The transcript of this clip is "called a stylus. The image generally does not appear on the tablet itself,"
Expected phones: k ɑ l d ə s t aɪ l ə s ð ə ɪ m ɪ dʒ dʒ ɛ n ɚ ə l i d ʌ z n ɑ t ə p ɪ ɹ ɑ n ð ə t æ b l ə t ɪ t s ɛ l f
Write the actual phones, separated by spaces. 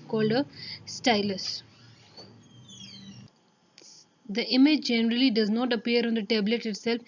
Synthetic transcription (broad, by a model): k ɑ l d ə s t aɪ l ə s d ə ɪ m ɪ dʒ dʒ ɛ n ɚ ə l i d ʌ z n ɑ t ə p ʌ ɹ ɑ n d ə t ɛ b l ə t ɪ t s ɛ l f